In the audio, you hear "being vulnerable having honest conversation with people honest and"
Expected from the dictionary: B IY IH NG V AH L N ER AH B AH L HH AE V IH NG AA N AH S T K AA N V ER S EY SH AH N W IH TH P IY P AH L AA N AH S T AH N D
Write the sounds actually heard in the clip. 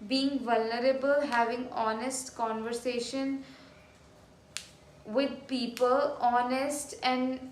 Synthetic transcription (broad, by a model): B IY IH NG V AH L N ER AH B AH L HH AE V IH NG AA N AH S T K AA N V ER S EY SH AH N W IH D P IY P AH L AA N AH S T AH N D